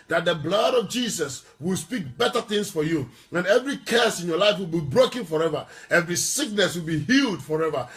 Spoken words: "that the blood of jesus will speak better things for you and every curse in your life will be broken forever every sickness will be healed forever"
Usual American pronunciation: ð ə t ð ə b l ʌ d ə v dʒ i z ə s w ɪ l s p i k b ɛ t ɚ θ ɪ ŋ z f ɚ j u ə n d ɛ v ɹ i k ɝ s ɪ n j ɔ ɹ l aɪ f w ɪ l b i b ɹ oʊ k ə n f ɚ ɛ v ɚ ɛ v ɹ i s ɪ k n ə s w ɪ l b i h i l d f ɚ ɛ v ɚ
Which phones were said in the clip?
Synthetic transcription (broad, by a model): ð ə t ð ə b l ʌ d ə v dʒ i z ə s w ɪ l s p i k b ɛ t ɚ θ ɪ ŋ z f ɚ j u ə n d ɛ v ɹ i k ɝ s ɪ n j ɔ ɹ l aɪ f w ɪ l b i b ɹ oʊ k ə n f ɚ ɛ v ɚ ɛ v ɹ i s ɪ k n ə s w ɪ l b i h i l d f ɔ ɛ v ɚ